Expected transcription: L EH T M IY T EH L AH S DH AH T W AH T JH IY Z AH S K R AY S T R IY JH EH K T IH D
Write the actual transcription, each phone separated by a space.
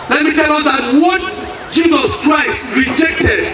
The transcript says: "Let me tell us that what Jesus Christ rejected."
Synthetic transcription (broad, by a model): L EH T M IY T EH L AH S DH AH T W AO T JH IY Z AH S K R AY S T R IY JH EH K T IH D